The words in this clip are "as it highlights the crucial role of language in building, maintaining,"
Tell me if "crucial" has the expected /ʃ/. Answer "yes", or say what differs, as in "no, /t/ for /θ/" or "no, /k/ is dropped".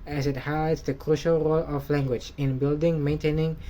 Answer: yes